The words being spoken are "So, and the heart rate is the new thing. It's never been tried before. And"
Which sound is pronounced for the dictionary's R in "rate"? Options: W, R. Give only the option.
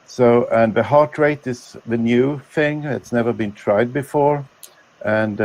R